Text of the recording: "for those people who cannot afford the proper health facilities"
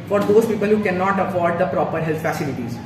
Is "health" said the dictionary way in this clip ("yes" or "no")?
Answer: no